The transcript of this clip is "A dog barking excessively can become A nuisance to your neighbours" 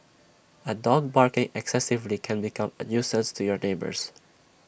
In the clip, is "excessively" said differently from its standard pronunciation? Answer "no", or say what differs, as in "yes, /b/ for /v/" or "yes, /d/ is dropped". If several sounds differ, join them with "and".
no